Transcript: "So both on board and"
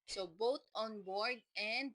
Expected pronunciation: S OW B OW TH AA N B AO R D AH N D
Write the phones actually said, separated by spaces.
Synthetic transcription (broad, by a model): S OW B OW T AA N B AO R D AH N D